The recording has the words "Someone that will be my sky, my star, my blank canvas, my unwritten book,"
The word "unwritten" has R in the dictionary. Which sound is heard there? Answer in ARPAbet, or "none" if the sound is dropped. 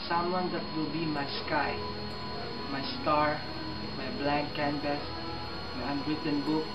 R